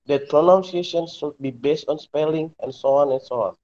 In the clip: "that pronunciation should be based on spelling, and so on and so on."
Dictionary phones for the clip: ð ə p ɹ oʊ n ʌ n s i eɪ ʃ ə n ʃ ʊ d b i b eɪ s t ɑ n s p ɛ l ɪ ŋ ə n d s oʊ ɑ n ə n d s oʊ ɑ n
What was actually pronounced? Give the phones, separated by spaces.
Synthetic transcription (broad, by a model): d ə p ɹ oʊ n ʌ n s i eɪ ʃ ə n s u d b i b eɪ s t ɑ n s p ɛ l ɪ ŋ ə n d s oʊ ɑ n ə n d s oʊ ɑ n